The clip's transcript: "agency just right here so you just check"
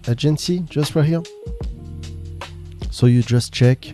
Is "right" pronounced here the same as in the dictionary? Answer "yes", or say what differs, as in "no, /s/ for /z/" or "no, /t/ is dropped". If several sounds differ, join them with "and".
no, /w/ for /ɹ/